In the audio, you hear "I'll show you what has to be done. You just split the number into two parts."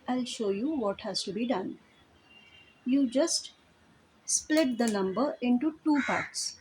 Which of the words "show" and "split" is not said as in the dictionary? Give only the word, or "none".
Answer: none